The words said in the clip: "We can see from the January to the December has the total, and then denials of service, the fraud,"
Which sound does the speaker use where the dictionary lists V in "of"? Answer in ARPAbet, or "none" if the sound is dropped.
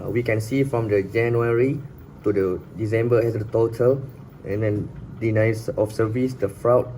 F